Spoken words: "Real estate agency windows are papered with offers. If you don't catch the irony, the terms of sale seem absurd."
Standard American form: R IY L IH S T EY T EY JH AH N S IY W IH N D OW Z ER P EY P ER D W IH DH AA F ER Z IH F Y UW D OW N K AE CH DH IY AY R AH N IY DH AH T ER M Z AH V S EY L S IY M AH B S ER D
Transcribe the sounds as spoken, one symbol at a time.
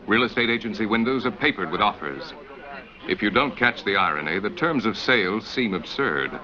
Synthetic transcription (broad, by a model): R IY L IH S T EY T EY JH AH N S IY W IH N D OW Z ER P EY P ER D W IH DH AA F ER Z IH F Y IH D OW N K AE CH DH IY AY R AH N IY DH AH T ER M Z AH V S EY L S IY M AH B S ER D